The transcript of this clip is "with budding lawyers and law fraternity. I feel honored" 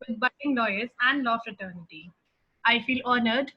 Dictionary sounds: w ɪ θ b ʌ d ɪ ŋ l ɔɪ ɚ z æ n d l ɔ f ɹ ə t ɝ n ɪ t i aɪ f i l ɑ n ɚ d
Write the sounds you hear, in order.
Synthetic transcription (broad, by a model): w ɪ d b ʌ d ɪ ŋ l ɔɪ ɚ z æ n d l ɔ f ɹ ə t ɝ n ɪ t i aɪ f i l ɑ n ɚ d